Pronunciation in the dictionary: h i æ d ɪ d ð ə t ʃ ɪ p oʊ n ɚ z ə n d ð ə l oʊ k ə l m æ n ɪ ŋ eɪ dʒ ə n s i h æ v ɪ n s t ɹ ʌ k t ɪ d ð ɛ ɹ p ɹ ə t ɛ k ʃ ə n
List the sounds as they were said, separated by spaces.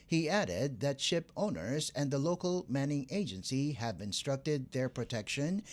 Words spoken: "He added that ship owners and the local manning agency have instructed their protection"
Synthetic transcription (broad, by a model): h i æ d ɪ d ð ə t ʃ ɪ p oʊ n ɚ z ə n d ð ə l oʊ k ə l m æ n ɪ ŋ eɪ dʒ ə n s i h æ v ɪ n s t ɹ ʌ k t ɪ d ð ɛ ɹ p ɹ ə t ɛ k ʃ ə n